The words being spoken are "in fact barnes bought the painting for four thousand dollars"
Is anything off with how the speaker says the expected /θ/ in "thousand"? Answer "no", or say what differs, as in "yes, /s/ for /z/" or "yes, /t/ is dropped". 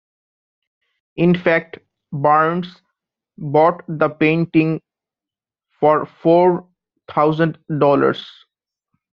yes, /t/ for /θ/